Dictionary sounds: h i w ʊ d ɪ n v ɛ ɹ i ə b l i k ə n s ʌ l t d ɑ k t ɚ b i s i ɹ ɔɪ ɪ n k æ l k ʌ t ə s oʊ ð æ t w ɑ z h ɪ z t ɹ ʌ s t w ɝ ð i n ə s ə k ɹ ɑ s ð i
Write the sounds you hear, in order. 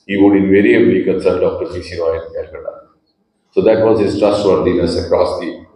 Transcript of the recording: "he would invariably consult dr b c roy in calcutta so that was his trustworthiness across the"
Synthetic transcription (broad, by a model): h i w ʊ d ɪ n v ɛ ɹ i ə b l i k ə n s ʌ t d ɑ k t ɚ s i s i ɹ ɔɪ ɪ n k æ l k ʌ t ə s oʊ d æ t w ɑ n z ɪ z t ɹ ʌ s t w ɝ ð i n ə s ə k ɹ ɑ s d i